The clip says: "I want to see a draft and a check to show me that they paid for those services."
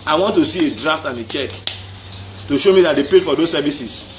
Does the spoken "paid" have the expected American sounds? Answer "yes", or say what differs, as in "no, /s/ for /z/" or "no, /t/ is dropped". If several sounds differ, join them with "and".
yes